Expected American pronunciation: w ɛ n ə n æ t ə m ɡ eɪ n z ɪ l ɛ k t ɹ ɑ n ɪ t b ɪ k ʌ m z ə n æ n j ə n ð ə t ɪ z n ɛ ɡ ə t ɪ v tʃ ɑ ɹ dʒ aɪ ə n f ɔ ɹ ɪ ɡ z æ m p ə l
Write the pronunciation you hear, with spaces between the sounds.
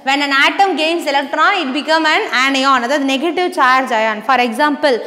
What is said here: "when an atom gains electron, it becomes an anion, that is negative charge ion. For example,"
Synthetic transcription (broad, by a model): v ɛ n ə n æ t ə m ɡ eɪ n s ɪ l ɛ k t ɹ ɑ n ɪ t b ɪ k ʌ m ə n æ n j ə n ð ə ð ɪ n ɛ ɡ ə t ɪ v tʃ ɑ ɹ dʒ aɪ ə n f ɔ ɹ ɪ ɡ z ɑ m p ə l